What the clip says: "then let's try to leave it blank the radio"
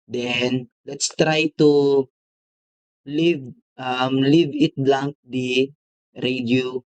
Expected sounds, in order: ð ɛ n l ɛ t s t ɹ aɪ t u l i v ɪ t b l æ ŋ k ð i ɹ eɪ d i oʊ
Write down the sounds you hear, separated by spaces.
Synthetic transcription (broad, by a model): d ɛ n l ɛ t s t ɹ aɪ t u l i v ɪ t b l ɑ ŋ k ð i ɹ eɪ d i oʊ